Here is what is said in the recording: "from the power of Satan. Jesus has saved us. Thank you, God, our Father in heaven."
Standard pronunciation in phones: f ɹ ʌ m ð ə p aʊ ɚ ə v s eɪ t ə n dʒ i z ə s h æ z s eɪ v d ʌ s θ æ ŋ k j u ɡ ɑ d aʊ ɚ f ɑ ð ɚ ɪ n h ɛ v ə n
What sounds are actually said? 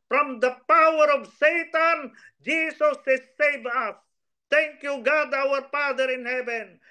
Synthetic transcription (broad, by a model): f ɹ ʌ m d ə p aʊ ɚ ə v s eɪ t ə n dʒ i s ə s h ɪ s eɪ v ʌ s t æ ŋ k j u ɡ ɑ d aʊ ɚ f ɑ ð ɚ ɪ n h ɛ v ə n